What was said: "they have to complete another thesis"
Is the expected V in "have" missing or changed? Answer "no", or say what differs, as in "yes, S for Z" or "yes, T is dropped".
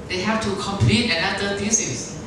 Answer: yes, F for V